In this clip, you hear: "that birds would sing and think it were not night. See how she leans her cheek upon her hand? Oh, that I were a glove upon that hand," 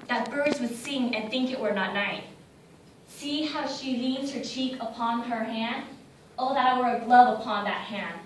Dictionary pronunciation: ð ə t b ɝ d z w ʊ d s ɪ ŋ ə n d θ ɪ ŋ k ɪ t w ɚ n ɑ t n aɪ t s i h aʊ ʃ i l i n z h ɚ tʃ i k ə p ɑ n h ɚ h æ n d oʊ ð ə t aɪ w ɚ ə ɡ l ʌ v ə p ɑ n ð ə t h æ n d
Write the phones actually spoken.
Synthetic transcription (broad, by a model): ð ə t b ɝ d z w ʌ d s ɪ ŋ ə n θ ɪ ŋ k ɪ t w ɚ n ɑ t n aɪ t s i h aʊ ʃ i l i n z h ɚ tʃ i k ə p ɑ n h ɚ h æ n d oʊ ð ə t aɪ w ɚ ə ɡ l ʌ v ə p ɑ n ð ə t h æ n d